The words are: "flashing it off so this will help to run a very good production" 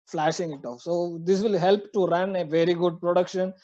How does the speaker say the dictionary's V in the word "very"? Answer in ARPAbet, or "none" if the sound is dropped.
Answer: V